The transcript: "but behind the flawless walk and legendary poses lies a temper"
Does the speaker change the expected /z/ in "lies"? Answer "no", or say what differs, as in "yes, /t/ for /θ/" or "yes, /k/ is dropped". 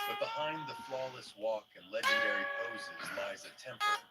no